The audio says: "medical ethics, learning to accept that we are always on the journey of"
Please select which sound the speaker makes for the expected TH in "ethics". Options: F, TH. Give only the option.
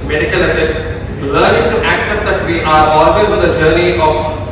F